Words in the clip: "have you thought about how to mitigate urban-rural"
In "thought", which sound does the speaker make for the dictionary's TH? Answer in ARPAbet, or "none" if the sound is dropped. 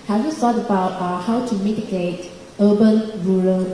S